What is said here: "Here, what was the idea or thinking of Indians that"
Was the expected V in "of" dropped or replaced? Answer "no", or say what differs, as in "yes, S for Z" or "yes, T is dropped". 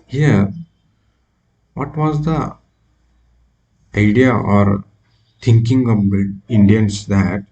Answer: yes, B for V